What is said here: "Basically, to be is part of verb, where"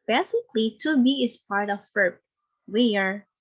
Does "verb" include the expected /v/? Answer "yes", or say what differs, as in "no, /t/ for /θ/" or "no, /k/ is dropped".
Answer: no, /f/ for /v/